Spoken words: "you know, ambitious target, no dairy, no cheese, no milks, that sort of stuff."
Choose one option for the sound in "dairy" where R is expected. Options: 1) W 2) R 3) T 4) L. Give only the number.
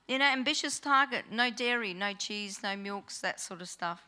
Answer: 2